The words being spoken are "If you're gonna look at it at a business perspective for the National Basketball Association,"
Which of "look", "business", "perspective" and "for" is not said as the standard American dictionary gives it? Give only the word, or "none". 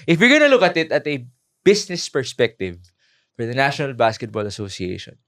business